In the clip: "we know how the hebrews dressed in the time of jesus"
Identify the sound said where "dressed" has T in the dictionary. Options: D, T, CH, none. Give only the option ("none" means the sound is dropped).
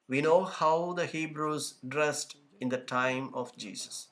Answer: T